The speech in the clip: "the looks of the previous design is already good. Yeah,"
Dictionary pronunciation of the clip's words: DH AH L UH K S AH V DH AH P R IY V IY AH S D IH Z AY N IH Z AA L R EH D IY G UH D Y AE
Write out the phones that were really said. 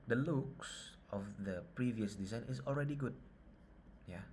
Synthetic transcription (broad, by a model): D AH L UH K S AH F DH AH P R IY V IY AH S D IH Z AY N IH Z AA L R EH D IY G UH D Y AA